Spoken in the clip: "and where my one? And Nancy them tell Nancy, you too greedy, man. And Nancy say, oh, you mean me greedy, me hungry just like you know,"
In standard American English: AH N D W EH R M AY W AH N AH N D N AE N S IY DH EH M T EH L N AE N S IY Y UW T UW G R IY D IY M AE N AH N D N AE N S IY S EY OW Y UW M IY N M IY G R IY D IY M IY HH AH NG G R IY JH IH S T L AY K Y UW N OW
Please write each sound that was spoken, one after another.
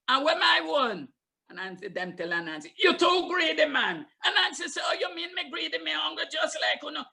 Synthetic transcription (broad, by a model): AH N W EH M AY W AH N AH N N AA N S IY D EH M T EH L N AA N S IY Y UW T UW G R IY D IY M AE N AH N N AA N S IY S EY OW Y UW M IY N M IY G R IY D IY M IY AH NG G IY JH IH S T L AY K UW N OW